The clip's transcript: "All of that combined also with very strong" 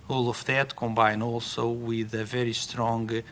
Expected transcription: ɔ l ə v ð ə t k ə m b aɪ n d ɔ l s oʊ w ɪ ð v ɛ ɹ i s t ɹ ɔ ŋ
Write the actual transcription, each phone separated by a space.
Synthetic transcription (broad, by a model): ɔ l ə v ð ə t k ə m b aɪ n ɔ l s oʊ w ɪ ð v ɛ ɹ i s t ɹ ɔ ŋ